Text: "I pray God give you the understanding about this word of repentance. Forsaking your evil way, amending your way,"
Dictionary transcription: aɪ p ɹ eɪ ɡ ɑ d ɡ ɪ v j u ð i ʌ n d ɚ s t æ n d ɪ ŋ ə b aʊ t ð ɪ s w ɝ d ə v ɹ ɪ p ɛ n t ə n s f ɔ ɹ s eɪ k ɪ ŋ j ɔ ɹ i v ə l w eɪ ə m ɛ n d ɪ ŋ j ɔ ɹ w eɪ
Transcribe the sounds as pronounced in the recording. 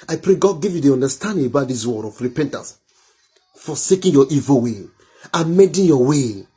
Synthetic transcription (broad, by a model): aɪ p ɹ eɪ ɡ ɑ d ɡ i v j u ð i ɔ n d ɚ s t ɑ n d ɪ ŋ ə b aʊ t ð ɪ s w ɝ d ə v ɹ ɪ p ɛ n t ə n s f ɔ s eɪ k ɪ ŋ j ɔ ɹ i v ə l w eɪ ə m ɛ d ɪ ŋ j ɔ w eɪ